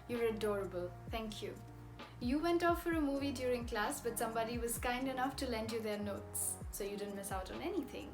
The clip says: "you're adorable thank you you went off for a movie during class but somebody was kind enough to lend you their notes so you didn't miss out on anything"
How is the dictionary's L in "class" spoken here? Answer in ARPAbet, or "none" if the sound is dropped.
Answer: L